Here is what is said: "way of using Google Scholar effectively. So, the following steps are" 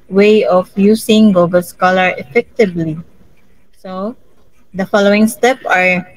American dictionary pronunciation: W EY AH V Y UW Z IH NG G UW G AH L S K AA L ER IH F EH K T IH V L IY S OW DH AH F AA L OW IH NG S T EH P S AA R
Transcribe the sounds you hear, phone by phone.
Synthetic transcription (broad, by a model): W EY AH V Y UW S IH NG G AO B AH L S K AA L ER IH F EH K T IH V L IY S OW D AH F AA L OW IH NG S T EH P AA R